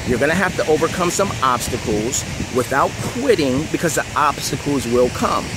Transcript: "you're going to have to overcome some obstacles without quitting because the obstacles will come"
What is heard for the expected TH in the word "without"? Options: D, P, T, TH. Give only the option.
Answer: TH